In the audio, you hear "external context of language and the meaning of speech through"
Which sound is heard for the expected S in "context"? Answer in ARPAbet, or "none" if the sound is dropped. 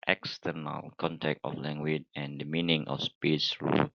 none